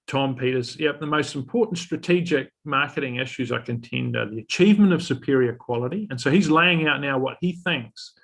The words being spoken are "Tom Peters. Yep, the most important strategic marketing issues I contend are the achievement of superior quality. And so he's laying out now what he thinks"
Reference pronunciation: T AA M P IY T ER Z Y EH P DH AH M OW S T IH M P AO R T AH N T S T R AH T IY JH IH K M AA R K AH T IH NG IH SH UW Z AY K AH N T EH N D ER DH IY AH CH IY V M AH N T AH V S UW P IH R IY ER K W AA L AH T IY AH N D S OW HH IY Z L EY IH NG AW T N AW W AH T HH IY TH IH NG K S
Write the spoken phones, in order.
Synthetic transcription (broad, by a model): T AA M P IY T ER Z Y EH P DH AH M OW S T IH M P AO R T N T S T R AH T IY JH IH K M AA R K AH T IH NG IH SH UW Z AY K AH N T EH N D ER DH IY AH CH IY V M AH N T AH V S UW P IH R IY ER K W AA L AH T IY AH N S OW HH IY Z L EY IH NG AW T N AW W AH T HH IY TH IH NG K S